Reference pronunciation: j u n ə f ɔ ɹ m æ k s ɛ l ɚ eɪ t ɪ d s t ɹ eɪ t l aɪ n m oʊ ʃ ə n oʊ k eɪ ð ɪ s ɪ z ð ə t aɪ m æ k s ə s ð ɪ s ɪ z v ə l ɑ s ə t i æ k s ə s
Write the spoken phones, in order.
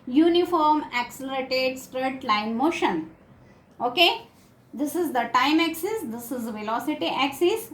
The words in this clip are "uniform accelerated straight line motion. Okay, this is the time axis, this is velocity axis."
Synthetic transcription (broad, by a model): j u n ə f ɔ ɹ m æ k s ɛ l ɚ eɪ t ɪ d s t ɹ eɪ t l aɪ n m oʊ ʃ ə n oʊ k eɪ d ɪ s ɪ z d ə t aɪ m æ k s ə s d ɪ s ɪ z v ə l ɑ s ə t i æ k s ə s